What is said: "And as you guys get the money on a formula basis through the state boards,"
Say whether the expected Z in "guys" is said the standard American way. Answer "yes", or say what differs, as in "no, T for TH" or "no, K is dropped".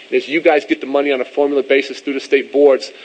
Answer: yes